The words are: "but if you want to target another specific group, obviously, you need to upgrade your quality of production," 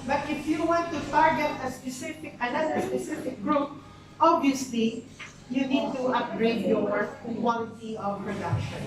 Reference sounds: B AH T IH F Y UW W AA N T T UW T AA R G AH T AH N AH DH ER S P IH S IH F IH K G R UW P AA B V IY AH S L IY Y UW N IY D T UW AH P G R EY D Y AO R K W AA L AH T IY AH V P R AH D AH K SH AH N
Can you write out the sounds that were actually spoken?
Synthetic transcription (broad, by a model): B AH T IH F Y UW W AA N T T UW T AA R G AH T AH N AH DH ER S P IH S IH F IH K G R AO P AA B IY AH S L IY Y UW N IY D T UW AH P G R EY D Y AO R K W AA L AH T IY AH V P R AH D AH K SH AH N